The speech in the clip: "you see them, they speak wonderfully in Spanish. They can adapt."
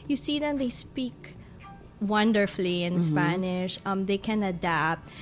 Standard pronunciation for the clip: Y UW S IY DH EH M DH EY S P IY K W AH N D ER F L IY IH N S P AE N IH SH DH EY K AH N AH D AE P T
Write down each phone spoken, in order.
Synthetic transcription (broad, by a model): Y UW S IY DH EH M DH EY S P IY K W AH N D ER F L IY IH N S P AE N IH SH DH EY K AH N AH D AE P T